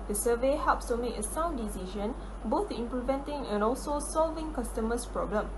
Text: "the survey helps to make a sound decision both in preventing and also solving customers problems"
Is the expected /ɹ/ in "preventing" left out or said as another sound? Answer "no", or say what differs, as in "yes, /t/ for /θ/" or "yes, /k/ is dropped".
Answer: yes, /l/ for /ɹ/